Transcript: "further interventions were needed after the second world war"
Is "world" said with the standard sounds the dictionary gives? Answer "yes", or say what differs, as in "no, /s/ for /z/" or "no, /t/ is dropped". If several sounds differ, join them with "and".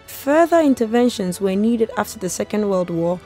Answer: yes